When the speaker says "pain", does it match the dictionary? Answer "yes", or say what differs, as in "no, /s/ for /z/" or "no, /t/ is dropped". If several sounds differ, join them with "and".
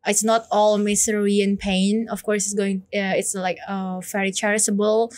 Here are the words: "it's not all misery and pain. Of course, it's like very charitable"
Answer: yes